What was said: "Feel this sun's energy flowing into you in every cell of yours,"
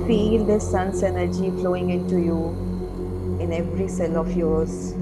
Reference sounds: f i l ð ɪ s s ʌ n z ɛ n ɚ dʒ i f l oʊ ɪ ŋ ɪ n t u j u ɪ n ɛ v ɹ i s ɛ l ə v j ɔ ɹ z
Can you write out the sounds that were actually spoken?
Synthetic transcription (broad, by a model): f i l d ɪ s s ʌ n s ɛ n ɚ dʒ i f l oʊ ɪ ŋ ɪ n t u j u ɪ n ɛ v ɹ i s ɛ l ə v j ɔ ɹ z